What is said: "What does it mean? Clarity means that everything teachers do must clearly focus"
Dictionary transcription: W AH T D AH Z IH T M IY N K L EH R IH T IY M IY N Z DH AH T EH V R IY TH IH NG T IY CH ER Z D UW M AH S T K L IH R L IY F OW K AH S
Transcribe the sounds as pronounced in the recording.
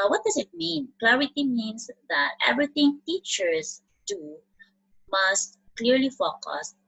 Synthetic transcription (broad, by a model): W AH T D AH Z IH T M IY N K L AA R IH T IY M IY N S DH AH T EH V R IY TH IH NG T IY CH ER S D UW M AH S T K L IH R L IY F OW K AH S